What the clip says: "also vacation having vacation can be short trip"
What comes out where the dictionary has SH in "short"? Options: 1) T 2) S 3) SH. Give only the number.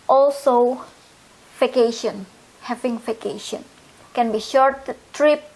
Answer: 3